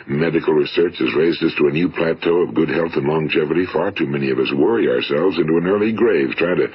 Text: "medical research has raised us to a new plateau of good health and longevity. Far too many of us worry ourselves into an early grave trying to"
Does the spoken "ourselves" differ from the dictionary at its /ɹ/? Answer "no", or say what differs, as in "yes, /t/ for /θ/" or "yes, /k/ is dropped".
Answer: no